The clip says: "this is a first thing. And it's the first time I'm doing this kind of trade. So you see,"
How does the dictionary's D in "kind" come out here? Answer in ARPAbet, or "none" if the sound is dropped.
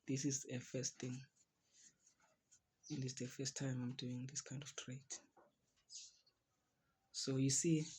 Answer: D